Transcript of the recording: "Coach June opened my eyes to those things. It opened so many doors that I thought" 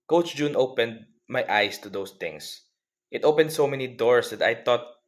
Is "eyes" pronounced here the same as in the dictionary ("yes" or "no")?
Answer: no